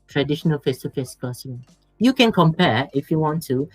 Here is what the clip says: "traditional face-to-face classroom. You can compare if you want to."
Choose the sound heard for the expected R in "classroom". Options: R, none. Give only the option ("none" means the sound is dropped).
none